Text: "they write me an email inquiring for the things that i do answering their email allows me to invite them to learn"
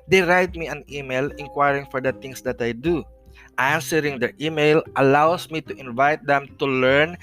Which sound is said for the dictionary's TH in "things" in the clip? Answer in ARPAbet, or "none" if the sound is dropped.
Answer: T